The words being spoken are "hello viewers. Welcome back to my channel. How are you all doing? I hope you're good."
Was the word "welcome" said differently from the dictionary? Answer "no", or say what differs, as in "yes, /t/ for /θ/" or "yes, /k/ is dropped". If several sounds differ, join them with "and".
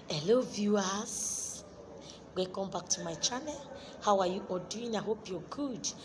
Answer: yes, /l/ is dropped